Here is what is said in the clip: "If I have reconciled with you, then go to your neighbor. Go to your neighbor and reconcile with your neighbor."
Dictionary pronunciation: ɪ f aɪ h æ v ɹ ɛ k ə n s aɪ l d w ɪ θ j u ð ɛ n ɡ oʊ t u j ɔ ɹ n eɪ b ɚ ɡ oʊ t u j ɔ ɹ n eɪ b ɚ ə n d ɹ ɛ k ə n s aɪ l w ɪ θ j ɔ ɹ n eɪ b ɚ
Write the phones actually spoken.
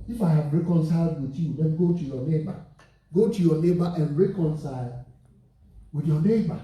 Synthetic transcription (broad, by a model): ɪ f aɪ h æ v ɹ ɛ k ə n s aɪ l d w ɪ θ j u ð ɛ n ɡ oʊ t u j ɔ n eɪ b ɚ ɡ oʊ t u j ɔ n eɪ b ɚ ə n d ɹ ɛ k ə n s aɪ l w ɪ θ j ɔ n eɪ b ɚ